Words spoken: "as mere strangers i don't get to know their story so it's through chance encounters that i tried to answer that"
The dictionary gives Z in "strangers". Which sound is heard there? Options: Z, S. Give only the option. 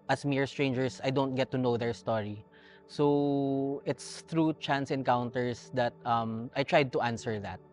S